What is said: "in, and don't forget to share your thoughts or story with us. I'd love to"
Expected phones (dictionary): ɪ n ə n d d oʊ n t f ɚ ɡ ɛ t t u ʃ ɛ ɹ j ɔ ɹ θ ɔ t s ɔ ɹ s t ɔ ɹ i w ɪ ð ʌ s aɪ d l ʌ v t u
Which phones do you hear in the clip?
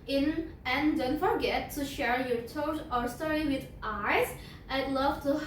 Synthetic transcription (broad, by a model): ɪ n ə n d d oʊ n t f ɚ ɡ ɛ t t u ʃ ɛ ɹ j ɔ ɹ t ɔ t ɔ ɹ s t ɔ ɹ i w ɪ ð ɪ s aɪ d l ʌ v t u